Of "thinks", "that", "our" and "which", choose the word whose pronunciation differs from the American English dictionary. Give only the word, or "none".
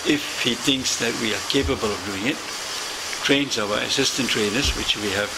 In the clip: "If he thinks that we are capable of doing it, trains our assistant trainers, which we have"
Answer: none